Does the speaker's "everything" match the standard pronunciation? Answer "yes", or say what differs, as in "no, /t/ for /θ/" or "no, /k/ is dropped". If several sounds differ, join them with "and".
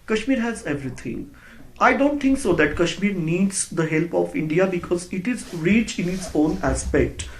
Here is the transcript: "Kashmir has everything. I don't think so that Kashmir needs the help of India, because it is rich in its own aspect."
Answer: no, /t/ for /θ/